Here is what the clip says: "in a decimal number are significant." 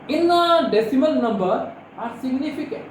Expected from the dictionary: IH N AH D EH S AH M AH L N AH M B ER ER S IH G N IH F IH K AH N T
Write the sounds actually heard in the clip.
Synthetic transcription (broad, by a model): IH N AH D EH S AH M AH N N AH M B ER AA S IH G N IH F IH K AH